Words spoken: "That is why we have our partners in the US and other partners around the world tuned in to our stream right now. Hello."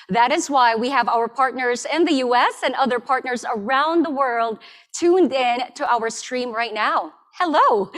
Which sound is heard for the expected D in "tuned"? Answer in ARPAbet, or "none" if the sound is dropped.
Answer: D